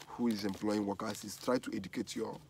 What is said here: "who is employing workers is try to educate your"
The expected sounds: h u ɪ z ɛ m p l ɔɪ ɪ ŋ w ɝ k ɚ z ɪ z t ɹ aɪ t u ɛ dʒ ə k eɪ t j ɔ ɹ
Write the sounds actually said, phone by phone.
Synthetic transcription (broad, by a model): h u ɪ z ɛ m p l ɔɪ ɪ ŋ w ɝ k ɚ s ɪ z t ɹ aɪ t u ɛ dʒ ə k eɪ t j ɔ